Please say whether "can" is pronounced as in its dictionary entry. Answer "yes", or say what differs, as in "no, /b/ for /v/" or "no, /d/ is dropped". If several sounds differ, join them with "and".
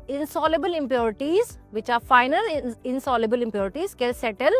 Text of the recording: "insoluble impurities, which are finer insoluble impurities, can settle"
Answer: no, /l/ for /n/